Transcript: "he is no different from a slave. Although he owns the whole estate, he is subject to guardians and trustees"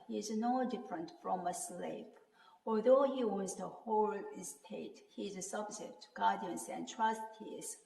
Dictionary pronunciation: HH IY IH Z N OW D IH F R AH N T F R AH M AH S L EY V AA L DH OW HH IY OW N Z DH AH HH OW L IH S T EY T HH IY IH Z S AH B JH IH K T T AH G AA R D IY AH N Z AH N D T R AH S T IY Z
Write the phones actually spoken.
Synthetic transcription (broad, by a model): HH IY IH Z N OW D IH F R AH N T F R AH M AH S L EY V AA L DH OW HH IY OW Z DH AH HH OW L IH S T EY T HH IY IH S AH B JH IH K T T AH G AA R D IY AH N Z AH N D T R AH S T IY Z